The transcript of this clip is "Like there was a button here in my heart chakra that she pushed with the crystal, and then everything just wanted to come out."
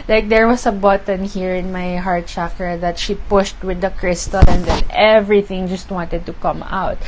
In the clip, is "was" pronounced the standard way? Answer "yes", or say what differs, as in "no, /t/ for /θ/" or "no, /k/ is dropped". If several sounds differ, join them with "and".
no, /s/ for /z/